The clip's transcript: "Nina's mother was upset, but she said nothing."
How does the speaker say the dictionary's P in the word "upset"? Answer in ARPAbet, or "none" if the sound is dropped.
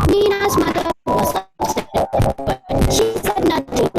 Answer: none